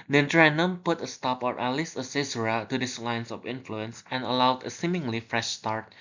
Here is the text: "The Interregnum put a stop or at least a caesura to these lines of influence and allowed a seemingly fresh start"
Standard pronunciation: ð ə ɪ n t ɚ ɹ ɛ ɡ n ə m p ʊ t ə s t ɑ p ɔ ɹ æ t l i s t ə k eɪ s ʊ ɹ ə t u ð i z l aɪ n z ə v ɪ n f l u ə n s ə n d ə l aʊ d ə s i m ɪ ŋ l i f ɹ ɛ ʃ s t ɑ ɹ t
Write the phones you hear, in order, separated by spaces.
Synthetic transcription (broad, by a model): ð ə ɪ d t ɹ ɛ n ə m p ʊ t ə s t ɑ p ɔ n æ l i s ə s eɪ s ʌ ɹ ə t u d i s l aɪ n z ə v ɪ n f l u ə n s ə n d ə l aʊ d ə s i m ɪ ŋ l i f ɹ ɛ ʃ s t ɑ ɹ t